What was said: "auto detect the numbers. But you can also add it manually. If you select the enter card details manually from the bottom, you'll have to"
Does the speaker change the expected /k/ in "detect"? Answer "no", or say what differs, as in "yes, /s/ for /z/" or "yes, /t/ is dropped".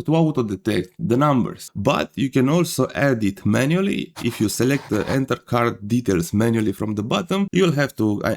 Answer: no